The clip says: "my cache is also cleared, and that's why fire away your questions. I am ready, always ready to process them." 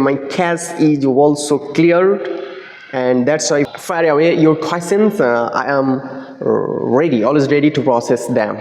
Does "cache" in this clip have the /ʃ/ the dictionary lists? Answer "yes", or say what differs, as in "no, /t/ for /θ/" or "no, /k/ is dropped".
no, /s/ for /ʃ/